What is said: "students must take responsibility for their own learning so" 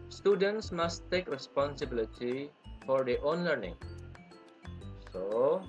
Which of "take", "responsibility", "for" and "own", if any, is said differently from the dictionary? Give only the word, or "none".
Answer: none